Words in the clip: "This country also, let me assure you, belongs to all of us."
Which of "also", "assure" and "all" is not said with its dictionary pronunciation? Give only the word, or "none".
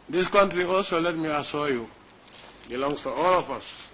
assure